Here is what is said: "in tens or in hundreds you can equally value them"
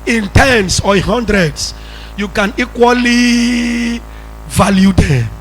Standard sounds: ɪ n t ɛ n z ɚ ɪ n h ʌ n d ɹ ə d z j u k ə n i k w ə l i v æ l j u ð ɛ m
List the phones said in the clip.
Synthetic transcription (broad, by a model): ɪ n t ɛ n s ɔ ɪ n h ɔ n d ɹ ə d s j u k ə n i k w ə l i v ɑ l j u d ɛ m